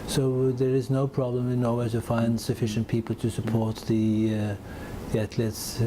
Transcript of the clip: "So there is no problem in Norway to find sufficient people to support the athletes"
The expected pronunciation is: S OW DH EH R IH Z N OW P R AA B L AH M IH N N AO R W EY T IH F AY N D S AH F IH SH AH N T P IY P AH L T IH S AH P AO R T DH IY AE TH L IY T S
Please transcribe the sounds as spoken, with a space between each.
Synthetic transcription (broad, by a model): S OW DH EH R IH Z N OW P R AA B L AH M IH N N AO W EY T IH F AY N D S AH F IH SH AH N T P IY P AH L T IH S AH P AO R T DH IY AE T L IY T S